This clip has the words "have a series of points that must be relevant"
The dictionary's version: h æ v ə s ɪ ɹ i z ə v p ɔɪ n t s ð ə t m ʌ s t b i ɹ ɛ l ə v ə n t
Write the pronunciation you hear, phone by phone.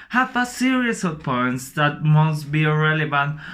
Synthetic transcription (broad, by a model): h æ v ə s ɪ ɹ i s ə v p ɔɪ n t s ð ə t m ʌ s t b i ɹ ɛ l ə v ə n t